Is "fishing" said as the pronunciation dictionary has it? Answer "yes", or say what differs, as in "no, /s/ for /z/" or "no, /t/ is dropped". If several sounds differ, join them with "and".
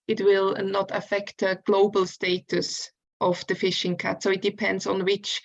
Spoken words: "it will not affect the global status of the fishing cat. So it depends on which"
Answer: yes